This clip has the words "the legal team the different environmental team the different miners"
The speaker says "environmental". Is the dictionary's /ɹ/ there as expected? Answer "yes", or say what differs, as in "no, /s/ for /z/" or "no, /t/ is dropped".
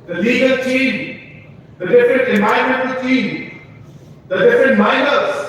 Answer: no, /ɹ/ is dropped